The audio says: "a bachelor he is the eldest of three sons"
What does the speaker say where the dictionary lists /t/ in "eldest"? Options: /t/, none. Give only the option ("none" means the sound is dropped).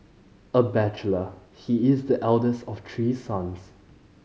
/t/